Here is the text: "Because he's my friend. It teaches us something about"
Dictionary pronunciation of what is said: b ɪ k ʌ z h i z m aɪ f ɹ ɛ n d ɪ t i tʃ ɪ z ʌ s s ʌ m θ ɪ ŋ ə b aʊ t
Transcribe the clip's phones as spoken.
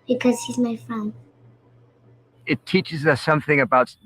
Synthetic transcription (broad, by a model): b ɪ k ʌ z h i z m aɪ f ɹ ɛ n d ɪ t i tʃ ɪ z ʌ s s ʌ m θ ɪ ŋ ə b aʊ t